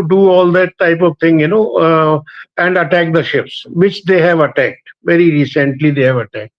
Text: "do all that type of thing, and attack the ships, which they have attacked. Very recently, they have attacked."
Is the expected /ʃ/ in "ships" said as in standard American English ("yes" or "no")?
yes